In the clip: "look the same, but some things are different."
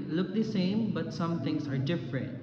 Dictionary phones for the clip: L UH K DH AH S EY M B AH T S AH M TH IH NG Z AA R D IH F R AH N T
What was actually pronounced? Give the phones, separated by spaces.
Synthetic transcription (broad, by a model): L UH K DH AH S EY M B AH T S AH M T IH NG S AA R D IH F R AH N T